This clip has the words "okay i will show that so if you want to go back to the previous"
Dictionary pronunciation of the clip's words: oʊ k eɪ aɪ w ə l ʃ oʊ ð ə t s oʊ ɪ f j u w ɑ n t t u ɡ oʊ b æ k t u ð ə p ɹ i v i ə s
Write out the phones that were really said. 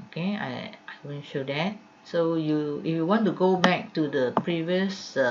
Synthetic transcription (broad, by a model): oʊ k eɪ aɪ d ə n ʃ oʊ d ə t s oʊ ɪ f j u w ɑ n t t u ɡ oʊ b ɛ k t u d ə p ɹ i v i ə s